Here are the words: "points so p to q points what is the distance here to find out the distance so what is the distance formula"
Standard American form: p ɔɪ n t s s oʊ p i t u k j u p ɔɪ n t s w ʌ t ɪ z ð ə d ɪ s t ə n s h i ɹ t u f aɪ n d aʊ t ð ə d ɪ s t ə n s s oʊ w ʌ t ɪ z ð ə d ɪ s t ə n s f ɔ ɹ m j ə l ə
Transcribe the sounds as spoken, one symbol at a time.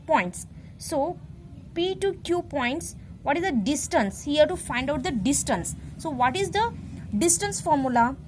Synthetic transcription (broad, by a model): p ɔɪ n t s s oʊ p i t u k j u p ɔɪ n t s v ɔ t ɪ z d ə d ɪ s t ə n s h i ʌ t u f aɪ n d aʊ t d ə d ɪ s t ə n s s oʊ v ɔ t ɪ z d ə d ɪ s t ə n s f ɔ ɹ m j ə l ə